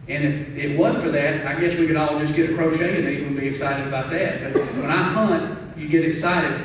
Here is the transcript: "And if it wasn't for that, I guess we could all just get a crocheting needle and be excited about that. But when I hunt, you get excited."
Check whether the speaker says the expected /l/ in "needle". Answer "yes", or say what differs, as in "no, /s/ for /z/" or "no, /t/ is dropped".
no, /w/ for /l/